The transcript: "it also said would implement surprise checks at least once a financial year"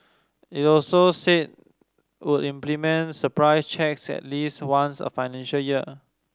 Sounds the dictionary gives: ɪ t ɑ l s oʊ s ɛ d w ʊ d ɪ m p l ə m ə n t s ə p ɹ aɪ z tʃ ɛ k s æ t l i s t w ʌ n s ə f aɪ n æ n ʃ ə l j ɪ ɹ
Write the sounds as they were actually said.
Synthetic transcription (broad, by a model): ɪ t ɑ l s oʊ s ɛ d w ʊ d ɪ m p l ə m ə n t s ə p ɹ aɪ s tʃ ɛ k s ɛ t l i s t w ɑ n s ə f aɪ n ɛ n ʃ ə l j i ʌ